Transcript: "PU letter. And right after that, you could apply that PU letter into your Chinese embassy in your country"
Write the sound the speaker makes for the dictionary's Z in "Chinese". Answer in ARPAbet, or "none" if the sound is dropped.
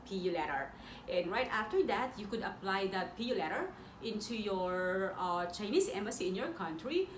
S